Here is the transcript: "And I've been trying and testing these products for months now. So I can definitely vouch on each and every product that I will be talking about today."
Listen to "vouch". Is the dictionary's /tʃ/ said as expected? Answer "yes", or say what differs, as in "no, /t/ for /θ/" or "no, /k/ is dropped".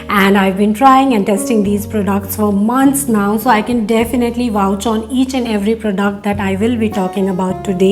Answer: yes